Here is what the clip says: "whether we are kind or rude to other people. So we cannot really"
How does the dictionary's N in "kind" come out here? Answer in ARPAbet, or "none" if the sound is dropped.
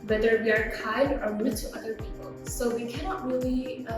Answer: none